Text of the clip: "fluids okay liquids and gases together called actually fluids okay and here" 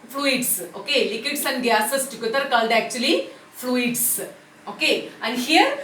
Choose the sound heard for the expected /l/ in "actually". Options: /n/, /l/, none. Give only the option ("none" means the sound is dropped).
/l/